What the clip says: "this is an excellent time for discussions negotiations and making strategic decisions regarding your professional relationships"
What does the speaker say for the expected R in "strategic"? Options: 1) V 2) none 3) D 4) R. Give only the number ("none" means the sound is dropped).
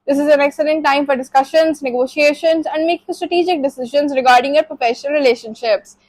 4